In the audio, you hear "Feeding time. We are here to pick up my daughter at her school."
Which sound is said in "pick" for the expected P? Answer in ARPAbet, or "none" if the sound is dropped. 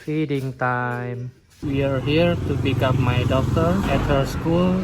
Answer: B